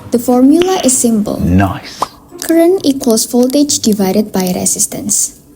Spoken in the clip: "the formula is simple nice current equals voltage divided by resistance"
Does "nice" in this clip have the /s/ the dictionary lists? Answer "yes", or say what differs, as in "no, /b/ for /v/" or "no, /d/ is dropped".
no, /s/ is dropped